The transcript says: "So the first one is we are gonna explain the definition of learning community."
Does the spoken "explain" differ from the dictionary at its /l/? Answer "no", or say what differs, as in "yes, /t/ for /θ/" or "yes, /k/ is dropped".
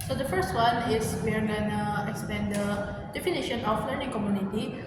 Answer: yes, /l/ is dropped